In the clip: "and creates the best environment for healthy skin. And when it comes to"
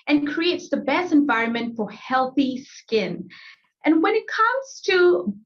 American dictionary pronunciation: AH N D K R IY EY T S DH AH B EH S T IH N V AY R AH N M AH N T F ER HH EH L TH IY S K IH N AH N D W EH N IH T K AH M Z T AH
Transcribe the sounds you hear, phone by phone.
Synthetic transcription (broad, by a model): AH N K R IY EY T S DH AH B EH S T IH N V AY R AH N M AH N T F ER HH EH L TH IY S K IH N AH N W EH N IH T K AH M Z T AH